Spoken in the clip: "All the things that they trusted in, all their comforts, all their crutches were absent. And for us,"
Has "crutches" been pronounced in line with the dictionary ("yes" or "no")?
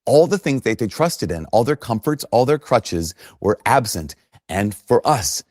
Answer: yes